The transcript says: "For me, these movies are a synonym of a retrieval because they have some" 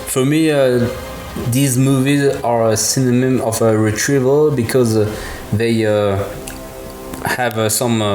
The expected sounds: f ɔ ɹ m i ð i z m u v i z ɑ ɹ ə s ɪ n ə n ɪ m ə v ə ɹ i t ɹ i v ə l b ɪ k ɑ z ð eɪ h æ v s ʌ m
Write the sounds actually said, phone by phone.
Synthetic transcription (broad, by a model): f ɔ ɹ m i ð i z m u v i z ɑ ɹ ə s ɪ n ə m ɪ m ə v ə ɹ i t ɹ i v ə l b ɪ k ɑ z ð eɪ h æ v s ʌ m